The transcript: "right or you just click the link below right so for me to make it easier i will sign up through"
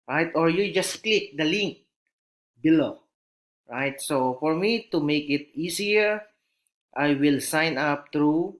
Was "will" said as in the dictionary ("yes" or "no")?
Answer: yes